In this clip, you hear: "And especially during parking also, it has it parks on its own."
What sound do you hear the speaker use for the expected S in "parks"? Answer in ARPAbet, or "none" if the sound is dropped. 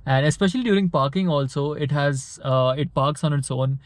S